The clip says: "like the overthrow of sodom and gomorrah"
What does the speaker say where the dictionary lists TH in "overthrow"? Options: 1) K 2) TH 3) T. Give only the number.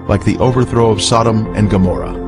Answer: 2